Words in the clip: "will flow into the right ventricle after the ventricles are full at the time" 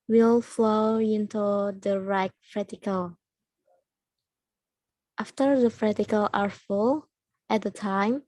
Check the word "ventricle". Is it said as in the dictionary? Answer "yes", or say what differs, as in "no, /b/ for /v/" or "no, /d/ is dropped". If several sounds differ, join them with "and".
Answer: no, /n/ is dropped and /ɹ/ is dropped